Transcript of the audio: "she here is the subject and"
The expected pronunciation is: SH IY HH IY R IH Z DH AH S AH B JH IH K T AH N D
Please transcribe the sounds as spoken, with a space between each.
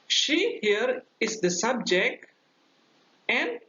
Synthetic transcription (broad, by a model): SH IY HH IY R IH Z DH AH S AH B JH IH K T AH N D